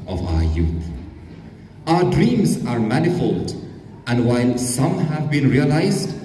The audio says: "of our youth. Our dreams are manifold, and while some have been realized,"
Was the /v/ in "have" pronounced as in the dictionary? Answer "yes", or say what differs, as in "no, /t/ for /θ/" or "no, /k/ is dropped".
yes